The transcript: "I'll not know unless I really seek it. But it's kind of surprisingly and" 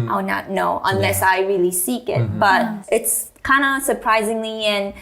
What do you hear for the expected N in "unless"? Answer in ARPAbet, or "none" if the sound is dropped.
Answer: N